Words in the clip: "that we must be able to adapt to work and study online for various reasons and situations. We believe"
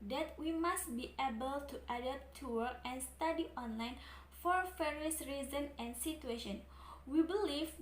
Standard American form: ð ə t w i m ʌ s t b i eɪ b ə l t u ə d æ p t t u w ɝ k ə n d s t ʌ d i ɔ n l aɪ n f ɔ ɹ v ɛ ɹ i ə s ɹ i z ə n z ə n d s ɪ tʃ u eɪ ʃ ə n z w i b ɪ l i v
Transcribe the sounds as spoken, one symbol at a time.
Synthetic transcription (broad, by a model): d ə t w i m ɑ s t b i eɪ b ə l t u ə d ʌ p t t u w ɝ ə n s t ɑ d i ɔ n l aɪ n f ɔ ɹ f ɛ ɹ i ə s ɹ i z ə n ə n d s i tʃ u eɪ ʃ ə n w i b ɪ l i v